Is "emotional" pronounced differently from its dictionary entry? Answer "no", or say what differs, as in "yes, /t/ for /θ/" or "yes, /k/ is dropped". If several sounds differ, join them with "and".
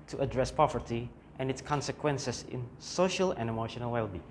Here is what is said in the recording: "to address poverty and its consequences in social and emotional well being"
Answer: no